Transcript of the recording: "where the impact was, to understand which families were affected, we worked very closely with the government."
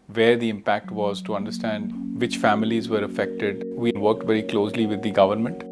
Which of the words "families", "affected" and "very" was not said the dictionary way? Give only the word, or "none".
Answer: none